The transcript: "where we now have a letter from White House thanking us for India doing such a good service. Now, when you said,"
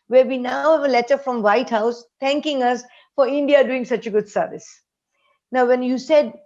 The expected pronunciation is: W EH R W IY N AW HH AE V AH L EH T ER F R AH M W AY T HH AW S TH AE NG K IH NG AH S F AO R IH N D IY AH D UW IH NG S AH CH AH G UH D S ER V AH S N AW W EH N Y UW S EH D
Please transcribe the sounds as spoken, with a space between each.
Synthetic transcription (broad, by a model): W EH R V IY N AW HH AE V AH L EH T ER F R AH M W AY T HH AW S T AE NG K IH NG AH S F AO R IH N D IY AH D UW IH NG S AH CH AH G UH D S ER V AH S N AW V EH N Y UW S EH D